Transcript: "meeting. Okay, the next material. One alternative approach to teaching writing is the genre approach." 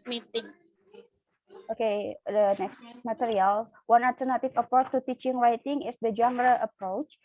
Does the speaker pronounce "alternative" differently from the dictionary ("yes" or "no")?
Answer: yes